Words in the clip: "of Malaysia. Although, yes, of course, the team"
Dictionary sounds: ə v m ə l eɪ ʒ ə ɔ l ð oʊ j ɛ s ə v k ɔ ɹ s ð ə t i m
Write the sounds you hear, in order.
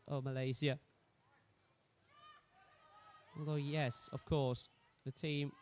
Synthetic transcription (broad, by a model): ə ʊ m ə l eɪ z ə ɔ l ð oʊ j ɛ s ə v k ɔ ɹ s ð ə t i m